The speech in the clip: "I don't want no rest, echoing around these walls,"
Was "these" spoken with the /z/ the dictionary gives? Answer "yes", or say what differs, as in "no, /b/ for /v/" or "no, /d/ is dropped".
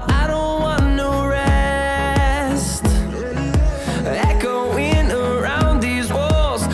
yes